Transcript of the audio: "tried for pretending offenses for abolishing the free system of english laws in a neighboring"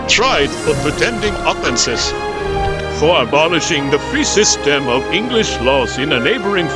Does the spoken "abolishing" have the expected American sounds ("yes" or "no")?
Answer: yes